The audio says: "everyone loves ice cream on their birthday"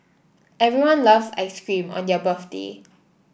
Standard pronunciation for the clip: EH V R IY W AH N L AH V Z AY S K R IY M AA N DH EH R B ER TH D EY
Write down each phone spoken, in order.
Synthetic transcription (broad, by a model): EH V R IY W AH N L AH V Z AY S K R IY M AA N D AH B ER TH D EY